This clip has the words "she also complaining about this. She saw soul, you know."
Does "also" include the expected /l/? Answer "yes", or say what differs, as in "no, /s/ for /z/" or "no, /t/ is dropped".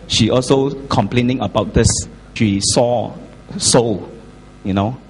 yes